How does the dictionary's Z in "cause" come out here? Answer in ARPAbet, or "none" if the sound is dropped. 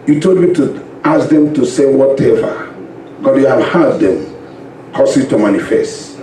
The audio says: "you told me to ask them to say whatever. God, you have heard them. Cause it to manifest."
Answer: S